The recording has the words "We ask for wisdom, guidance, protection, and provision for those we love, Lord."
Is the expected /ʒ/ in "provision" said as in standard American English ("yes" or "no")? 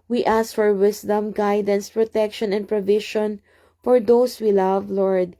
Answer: no